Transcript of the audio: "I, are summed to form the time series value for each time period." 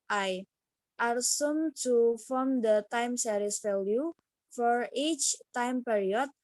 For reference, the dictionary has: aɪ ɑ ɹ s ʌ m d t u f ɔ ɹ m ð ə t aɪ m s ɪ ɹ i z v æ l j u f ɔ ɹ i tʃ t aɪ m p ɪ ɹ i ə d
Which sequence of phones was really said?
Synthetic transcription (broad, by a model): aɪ ɑ ɹ s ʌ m t u f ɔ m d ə t aɪ m s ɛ ɹ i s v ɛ l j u f ɔ ɹ i tʃ t aɪ m p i ɹ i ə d